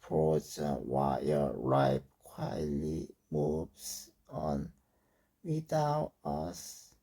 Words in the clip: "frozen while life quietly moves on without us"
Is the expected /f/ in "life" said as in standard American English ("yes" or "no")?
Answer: no